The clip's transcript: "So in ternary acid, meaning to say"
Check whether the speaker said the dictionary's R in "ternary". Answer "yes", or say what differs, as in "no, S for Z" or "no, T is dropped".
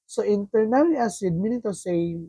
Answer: no, L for R